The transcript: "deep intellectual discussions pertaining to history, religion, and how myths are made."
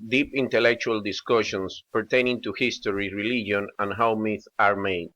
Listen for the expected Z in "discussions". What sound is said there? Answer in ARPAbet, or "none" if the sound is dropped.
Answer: S